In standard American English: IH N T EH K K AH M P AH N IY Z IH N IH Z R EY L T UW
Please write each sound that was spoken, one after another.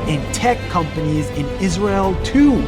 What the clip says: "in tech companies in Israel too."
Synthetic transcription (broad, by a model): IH N T EH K K AH M P AH N IY Z IH N IH Z R EY L T UW